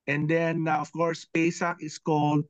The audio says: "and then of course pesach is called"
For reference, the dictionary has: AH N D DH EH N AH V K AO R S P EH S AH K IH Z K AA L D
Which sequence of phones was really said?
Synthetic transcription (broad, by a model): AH N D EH N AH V K AO R S P EH S AH K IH S K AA L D